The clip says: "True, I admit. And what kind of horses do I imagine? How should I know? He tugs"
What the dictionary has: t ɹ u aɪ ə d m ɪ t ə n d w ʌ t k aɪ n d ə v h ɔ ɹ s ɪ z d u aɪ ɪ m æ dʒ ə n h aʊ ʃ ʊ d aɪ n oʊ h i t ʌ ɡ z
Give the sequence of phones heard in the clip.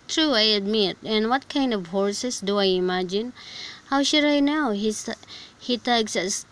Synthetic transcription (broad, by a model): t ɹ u aɪ ə d m ɪ t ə n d w ʌ t k aɪ n d ə v h ɔ ɹ s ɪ s d u aɪ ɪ m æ dʒ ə n h aʊ ʃ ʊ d aɪ n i h i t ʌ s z